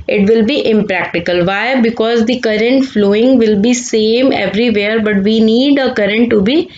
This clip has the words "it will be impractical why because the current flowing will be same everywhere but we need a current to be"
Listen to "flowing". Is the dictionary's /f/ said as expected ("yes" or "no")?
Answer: yes